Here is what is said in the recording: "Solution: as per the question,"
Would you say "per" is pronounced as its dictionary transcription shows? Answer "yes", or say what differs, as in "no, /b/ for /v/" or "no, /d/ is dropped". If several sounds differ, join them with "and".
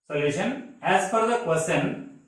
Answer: no, /f/ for /p/